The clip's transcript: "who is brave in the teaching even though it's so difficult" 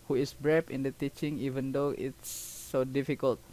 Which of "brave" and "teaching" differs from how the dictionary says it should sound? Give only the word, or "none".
brave